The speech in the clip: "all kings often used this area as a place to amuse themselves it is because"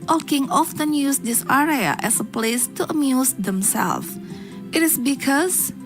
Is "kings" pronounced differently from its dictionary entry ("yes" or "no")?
yes